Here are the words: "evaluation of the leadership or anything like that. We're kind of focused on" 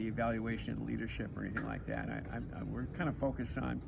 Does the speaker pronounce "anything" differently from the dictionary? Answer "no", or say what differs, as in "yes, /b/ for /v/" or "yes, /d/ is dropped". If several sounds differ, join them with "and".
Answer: no